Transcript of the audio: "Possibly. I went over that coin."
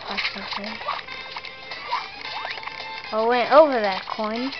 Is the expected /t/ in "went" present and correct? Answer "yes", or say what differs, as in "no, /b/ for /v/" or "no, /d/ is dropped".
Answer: yes